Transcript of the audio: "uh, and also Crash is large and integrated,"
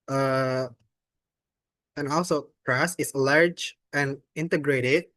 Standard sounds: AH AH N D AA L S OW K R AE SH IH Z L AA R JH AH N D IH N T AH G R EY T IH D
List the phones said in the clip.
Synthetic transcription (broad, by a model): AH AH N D AA L S OW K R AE S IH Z L AA R JH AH N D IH N T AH G R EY T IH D